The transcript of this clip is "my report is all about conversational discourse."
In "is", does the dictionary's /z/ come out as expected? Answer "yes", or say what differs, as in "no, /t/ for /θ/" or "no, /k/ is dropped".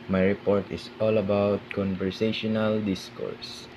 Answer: no, /s/ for /z/